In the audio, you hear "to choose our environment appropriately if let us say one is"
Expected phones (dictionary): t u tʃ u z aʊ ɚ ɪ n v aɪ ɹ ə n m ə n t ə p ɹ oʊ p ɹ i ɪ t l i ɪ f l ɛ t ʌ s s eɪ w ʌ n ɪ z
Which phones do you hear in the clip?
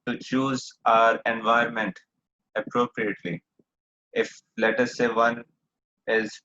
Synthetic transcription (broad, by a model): t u tʃ u z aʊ ɚ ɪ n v aɪ ə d m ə n t ə p ɹ oʊ p ɹ i ɪ t l i ɪ f l ɛ t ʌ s s eɪ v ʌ n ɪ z